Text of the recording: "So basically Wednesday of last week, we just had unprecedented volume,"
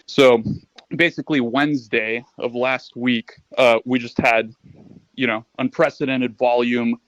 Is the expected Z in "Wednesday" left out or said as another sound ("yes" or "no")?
no